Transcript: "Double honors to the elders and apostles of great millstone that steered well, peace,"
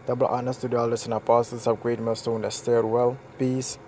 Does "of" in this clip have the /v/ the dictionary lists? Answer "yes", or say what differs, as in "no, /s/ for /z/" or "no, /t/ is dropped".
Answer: no, /p/ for /v/